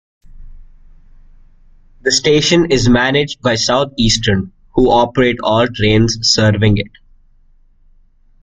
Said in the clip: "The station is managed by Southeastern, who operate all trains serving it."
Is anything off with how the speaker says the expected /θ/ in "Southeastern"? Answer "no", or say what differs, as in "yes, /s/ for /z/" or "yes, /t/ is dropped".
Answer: yes, /t/ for /θ/